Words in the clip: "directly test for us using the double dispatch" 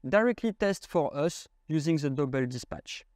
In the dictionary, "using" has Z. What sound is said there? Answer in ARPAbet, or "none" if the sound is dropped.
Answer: Z